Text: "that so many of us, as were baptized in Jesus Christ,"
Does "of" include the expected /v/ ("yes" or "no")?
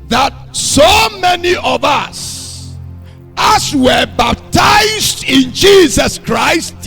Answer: yes